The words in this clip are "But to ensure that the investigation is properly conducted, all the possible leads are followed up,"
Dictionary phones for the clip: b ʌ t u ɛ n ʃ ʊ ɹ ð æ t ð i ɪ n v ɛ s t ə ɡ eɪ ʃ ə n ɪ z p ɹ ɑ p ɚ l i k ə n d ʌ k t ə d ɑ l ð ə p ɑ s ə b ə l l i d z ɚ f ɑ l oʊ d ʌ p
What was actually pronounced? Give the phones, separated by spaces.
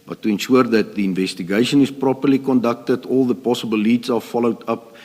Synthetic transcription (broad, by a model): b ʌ t u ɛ n ʃ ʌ ɹ ð æ t ð i ɪ n v ɛ s t ə ɡ eɪ ʃ ə n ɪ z p ɹ ɑ p ɚ l i k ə n d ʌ k t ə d ɑ l ð ə p ɑ s ə b ə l l i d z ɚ f ɑ l oʊ d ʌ p